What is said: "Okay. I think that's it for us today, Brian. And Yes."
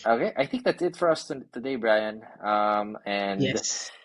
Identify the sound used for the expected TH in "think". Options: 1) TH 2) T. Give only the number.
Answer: 1